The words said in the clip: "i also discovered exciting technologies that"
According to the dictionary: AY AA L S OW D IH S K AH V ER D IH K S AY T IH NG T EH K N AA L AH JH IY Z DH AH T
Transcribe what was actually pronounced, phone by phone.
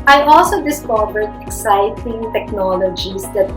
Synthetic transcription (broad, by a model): AY AA L S OW D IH S K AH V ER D IH K S AY T IH NG T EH K N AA L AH JH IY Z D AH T